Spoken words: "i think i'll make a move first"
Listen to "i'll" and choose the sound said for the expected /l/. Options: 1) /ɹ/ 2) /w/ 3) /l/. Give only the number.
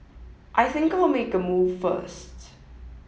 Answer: 3